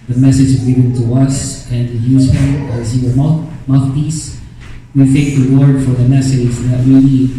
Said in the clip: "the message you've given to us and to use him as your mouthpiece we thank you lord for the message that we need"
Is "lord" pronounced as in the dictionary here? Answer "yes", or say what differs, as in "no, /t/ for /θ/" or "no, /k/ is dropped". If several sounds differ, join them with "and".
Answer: no, /w/ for /l/